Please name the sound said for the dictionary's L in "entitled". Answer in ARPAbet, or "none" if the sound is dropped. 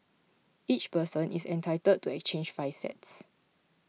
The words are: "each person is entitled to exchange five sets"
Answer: none